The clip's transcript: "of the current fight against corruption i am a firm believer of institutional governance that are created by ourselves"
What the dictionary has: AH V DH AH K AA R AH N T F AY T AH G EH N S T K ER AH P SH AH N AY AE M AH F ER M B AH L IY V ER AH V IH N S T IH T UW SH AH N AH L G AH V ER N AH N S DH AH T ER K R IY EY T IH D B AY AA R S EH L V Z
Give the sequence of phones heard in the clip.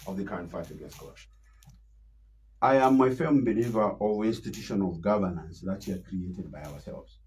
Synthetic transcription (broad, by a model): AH V DH AH K AA R AH N T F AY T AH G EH S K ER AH SH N AY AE M AH F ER M B AH L IY V ER AH V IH N S T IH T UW SH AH N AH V G AH V ER N AH N S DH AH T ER K R IY EY T IH D B AY AA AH S EH L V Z